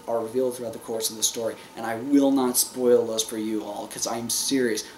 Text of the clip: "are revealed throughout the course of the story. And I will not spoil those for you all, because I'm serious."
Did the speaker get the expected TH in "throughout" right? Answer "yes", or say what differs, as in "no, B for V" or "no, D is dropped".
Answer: yes